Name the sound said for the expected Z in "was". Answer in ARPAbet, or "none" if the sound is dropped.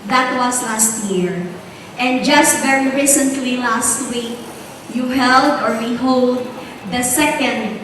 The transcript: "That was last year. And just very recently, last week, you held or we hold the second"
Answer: S